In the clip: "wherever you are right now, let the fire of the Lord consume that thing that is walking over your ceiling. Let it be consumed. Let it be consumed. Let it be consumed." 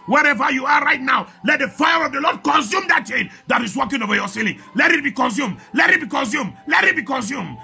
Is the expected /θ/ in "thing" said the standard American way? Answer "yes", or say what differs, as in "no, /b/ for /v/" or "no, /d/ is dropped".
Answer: no, /t/ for /θ/